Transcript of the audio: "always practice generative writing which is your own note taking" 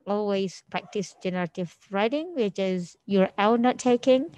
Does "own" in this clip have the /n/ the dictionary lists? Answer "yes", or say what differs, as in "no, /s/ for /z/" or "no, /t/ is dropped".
no, /l/ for /n/